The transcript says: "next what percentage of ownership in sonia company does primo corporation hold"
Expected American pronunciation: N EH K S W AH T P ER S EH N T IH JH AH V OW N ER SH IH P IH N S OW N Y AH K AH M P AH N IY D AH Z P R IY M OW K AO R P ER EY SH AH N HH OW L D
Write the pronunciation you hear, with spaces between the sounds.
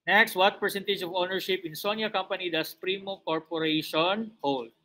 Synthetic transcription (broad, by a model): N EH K S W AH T P ER S EH N T IH JH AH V OW N ER SH IH P IH N S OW N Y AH K AH M P AH N IY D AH S P R IY M OW K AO R P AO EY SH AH N HH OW L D